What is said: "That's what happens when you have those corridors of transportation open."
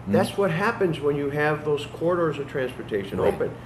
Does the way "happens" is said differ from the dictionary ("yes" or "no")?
no